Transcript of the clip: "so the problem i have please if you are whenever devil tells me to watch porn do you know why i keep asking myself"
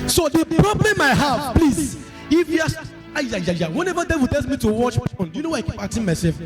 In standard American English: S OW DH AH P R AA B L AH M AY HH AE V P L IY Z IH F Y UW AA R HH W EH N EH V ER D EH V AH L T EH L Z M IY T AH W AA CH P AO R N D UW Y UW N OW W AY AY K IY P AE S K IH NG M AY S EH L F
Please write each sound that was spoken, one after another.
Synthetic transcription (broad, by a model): S OW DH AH P R AA B L AH M AY HH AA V P L IY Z IH F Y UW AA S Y W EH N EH V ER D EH W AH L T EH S M IY T AH W AA CH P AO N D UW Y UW N OW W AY AY K IY P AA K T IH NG M AY S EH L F